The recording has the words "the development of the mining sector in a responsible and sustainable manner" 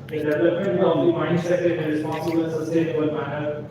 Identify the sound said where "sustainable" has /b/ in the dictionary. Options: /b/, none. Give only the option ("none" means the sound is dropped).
none